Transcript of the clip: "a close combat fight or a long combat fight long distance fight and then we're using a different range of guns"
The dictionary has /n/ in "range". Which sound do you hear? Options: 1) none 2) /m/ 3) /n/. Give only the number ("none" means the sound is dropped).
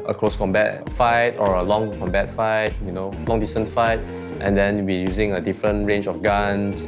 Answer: 3